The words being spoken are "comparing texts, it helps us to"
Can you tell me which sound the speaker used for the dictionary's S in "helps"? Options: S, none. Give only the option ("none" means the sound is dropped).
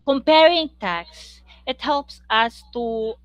S